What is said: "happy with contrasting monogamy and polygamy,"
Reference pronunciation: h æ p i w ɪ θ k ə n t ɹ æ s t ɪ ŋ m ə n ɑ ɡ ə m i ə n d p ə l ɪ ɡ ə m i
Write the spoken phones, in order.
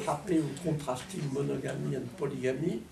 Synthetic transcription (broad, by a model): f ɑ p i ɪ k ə t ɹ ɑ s t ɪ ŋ m ə n ɑ ɡ ə m i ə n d p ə l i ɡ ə m i